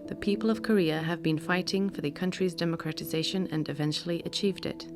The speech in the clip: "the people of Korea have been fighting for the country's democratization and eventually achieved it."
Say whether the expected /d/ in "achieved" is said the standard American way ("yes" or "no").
yes